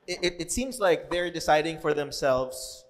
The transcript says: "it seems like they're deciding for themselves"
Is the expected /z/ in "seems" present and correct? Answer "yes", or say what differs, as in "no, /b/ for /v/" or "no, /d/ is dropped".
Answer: yes